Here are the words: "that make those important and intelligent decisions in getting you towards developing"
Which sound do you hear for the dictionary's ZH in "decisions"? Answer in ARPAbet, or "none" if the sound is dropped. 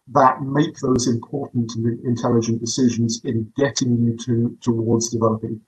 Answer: ZH